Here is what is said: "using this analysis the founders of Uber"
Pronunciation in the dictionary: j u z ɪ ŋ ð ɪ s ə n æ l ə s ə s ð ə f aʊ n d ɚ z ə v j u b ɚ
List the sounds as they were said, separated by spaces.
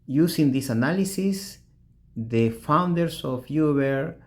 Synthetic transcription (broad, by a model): j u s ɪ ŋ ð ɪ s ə n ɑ l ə s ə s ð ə f aʊ n d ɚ s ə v j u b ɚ